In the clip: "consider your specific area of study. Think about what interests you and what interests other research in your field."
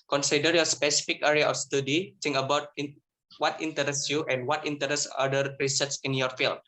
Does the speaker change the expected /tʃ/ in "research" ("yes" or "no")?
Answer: yes